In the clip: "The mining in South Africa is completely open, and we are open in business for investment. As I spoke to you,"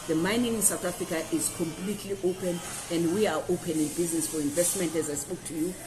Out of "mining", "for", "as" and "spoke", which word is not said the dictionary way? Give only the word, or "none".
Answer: none